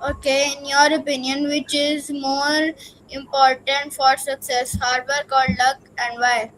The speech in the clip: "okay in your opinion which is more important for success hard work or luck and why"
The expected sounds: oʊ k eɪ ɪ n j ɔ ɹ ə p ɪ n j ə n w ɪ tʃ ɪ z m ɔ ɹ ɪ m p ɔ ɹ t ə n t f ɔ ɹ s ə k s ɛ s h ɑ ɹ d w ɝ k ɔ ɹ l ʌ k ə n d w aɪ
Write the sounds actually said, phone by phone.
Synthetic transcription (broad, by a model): oʊ k eɪ ɪ n j ɔ ɹ ə p ɪ n j ə n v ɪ tʃ ɪ z m ɔ ɹ ɪ m p ɔ ɹ t ə n t f ɔ ɹ s ə k s ɛ s h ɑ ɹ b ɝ k ɔ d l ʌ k ə n d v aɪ